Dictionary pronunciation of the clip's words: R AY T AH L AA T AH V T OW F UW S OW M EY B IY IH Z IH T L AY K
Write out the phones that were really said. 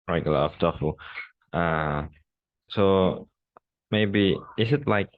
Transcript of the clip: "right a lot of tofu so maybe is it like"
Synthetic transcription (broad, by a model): R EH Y AH L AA AH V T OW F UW S OW M EY B IY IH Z IH T L AY K